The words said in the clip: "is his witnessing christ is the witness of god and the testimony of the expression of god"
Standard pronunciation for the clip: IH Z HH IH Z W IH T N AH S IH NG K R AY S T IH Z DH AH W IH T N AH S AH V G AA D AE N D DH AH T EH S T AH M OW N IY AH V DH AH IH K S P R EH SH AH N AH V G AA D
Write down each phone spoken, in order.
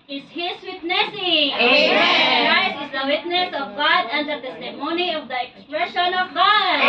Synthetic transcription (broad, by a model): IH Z HH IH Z W IH T N AH S IH NG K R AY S IH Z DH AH W IH T N AH S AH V G AA D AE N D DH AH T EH S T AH M OW N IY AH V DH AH IH K S P R EH SH AH N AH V G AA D